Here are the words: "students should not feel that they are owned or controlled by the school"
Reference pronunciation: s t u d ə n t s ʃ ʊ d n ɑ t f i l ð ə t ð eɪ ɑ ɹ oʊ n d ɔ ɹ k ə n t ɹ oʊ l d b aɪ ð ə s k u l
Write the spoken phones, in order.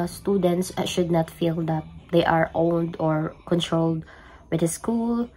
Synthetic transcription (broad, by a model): s t u d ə n t s ʃ ʊ d n ɑ t f i l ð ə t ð eɪ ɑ ɹ oʊ n d ɔ ɹ k ə n t ɹ oʊ l d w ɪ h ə s k u l